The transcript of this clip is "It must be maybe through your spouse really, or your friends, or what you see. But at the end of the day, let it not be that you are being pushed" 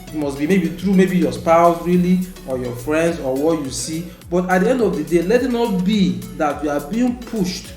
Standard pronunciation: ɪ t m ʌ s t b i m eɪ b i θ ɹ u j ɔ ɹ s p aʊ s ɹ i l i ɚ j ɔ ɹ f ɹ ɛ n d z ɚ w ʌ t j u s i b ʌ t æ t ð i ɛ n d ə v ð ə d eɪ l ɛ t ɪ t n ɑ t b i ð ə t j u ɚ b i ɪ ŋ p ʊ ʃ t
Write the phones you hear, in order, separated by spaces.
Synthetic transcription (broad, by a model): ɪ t m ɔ s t b i m eɪ b i t ɹ u j ɔ s p aʊ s ɹ i l i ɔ j ɔ f ɹ ɛ n d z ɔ w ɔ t j u s i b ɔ t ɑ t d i ɛ n d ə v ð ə d eɪ l ɛ t ɪ t n ɑ t b i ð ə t j u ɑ b i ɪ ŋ p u ʃ t